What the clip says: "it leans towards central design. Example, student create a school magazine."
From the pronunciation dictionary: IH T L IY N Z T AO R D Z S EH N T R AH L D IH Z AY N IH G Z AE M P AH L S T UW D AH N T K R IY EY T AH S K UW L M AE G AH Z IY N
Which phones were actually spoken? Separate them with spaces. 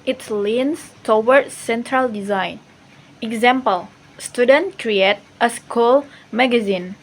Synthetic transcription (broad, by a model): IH T L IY N S T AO W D S EH N T R AH L D IH Z AY N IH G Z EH M P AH L S T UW D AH N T K R IY EY T AH S K UW L M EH G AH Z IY N